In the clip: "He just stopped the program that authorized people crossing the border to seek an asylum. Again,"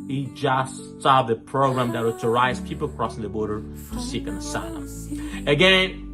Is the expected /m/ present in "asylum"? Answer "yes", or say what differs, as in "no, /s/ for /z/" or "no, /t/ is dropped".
no, /m/ is dropped